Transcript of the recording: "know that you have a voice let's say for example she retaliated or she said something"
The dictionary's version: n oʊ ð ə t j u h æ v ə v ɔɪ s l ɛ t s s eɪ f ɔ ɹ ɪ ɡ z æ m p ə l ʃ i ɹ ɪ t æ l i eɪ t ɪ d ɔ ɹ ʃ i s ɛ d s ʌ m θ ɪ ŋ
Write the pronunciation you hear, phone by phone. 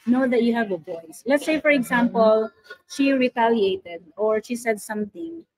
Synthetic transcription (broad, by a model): n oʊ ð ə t j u h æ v ə b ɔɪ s l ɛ t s s eɪ f ɔ ɹ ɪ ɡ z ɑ m p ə l ʃ i ɹ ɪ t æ l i eɪ t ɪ d ɔ ɹ ʃ i s ɛ d s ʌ m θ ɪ ŋ